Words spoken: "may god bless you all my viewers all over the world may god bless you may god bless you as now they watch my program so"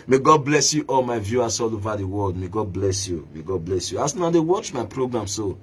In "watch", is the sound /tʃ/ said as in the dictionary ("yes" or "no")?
yes